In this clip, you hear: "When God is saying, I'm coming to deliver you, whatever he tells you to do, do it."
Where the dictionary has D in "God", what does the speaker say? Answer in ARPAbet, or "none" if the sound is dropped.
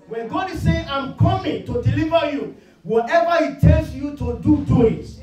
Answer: D